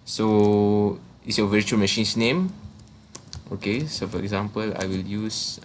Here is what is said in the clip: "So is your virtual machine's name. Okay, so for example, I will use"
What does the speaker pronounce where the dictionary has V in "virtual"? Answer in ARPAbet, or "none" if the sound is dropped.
V